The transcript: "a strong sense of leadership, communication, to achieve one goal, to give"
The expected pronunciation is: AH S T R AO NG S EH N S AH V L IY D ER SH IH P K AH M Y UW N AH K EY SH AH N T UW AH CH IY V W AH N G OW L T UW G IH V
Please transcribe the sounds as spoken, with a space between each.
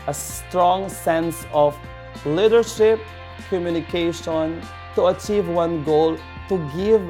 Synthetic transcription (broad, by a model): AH S T R AO NG S EH N S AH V L IY D ER SH IH P K AH M Y UW N AH K EY SH AH N T UW AH CH IY V W AH N G OW L T UW G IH V